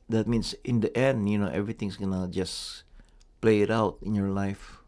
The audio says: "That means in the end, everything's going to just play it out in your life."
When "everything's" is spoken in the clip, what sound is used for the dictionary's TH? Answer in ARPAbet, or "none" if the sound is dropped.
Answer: T